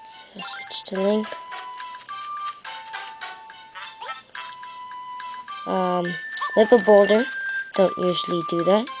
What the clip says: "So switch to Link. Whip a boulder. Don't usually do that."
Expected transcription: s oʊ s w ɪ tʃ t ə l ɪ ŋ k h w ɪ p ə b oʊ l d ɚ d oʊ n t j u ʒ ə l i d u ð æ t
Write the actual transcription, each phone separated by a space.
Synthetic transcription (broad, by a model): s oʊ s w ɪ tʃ t ə l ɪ ŋ k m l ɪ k ə b oʊ l d ɚ d oʊ n t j u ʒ l i d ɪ ð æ t